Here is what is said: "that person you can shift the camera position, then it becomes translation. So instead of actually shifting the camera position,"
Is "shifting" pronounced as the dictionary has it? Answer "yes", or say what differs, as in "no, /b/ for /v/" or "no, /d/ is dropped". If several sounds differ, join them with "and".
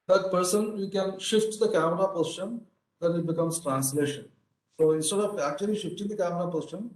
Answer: yes